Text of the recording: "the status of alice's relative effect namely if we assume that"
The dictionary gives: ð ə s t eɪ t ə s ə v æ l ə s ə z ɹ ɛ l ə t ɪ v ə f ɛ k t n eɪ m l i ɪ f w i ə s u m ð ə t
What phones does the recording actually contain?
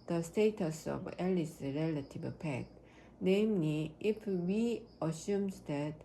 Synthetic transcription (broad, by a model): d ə s t eɪ t ə s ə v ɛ l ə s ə ɹ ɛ l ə t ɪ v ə p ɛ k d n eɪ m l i ɪ f w i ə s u m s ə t